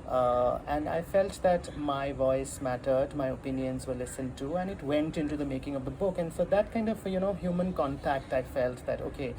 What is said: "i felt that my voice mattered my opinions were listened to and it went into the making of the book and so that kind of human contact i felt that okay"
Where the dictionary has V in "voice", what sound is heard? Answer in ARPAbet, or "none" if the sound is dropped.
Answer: V